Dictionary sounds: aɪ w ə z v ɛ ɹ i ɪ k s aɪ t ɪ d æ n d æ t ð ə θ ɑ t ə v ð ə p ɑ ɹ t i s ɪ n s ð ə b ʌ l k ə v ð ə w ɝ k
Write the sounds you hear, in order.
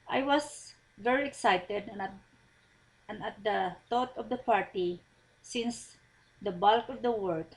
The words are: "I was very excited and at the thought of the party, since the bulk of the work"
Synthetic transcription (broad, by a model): aɪ w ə s v ɛ ɹ i ɪ k s aɪ t ɪ d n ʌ t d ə t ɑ t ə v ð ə p ɑ ɹ t i s ɪ n s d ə b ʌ l k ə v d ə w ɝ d